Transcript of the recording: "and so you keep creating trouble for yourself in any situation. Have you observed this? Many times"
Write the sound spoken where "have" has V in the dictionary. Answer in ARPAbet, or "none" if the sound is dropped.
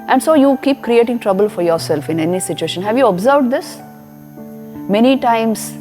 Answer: V